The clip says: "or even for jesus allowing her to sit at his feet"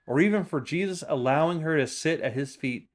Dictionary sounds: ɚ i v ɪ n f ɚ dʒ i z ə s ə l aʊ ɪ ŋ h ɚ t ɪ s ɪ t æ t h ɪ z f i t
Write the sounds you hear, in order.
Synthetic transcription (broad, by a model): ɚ i v ɪ n f ɚ dʒ i z ə s ə l aʊ ɪ ŋ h ɚ t ɪ s ɪ t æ t h ɪ z f i t